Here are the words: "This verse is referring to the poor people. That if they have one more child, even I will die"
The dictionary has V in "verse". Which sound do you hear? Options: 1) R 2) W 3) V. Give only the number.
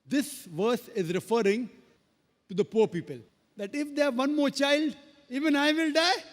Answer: 3